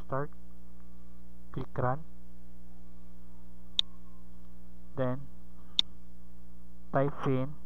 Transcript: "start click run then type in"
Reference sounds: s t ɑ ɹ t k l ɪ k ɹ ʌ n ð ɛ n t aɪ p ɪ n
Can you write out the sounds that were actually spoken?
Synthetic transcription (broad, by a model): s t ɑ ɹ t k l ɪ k ɹ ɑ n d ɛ n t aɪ f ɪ n